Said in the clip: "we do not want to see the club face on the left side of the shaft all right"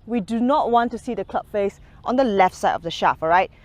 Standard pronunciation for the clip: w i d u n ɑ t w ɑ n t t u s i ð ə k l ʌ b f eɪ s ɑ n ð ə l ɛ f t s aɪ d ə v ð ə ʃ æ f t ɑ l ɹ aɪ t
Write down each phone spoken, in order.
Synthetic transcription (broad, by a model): w i d u n ɑ t w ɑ n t t u s i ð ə k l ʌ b f eɪ s ɑ n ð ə l ɛ f t s aɪ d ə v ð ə ʃ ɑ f ɑ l ɹ aɪ t